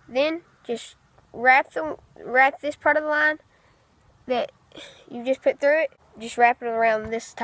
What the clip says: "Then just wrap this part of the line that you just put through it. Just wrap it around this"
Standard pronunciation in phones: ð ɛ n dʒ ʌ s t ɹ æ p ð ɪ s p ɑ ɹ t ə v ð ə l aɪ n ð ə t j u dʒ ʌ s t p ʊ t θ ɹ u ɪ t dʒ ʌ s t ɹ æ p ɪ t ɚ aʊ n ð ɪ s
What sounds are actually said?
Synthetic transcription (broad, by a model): ð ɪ n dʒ ʌ s t ɹ æ p ð ɪ s p ɑ ɹ t ə v ð ə l aɪ n ð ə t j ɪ dʒ ʌ s p ʊ t θ ɹ u ɪ t dʒ ʌ s t ɹ æ p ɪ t ɚ aʊ n ð ɪ s